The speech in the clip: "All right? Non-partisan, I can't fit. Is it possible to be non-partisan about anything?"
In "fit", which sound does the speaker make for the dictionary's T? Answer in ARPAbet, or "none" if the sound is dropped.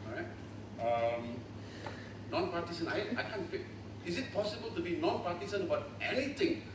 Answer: none